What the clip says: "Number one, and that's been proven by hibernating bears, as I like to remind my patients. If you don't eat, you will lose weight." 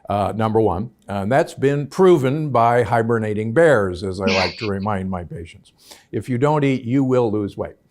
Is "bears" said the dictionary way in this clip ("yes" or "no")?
yes